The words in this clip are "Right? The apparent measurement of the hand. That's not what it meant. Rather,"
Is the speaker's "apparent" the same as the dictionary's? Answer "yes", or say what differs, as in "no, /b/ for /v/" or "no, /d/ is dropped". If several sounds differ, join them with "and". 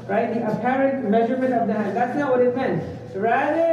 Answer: yes